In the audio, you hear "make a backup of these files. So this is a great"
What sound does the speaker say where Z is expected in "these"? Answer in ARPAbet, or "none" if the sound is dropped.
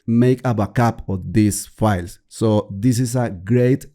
S